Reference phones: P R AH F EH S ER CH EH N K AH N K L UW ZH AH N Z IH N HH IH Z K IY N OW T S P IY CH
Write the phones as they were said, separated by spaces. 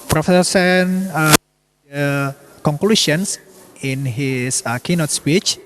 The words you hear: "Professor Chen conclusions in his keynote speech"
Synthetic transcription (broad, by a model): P R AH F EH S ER S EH N K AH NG K L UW SH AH N S IH N HH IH S K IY N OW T S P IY CH